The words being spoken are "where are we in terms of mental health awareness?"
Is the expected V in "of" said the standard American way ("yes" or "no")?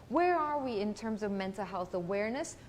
yes